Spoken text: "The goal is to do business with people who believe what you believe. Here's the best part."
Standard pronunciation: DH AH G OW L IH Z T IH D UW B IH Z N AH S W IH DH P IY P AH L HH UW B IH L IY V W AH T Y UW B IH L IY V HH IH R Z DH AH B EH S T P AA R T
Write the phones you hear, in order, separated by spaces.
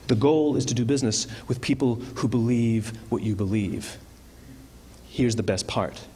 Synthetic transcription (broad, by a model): DH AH G OW L IH Z T IH D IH B IH Z N AH S W IH DH P IY P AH L HH UW B IH L IY V W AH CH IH B IH L IY V HH IH R Z DH AH B EH S P AA R T